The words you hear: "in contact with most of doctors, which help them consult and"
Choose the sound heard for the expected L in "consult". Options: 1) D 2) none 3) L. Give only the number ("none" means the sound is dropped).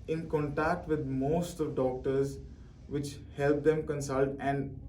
3